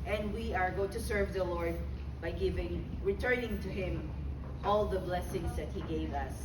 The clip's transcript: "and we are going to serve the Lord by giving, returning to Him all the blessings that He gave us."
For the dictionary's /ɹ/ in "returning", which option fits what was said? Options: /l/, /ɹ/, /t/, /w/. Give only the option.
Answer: /ɹ/